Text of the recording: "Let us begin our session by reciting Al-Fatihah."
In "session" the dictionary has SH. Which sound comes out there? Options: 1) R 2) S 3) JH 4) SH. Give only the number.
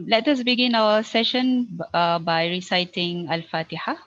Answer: 4